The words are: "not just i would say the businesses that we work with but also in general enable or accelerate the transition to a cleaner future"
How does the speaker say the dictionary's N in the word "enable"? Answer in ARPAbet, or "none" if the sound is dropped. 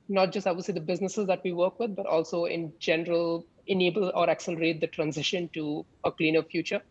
N